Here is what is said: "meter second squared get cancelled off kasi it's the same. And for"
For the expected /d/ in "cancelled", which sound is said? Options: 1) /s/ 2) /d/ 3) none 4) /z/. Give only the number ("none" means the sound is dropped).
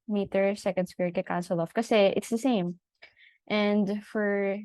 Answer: 3